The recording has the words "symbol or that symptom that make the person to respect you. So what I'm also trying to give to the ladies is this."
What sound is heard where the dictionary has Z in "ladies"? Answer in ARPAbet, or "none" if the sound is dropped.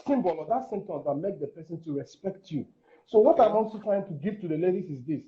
S